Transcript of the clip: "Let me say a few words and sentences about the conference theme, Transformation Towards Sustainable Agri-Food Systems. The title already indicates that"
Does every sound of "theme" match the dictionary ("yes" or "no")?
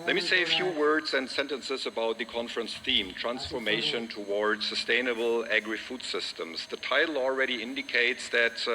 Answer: yes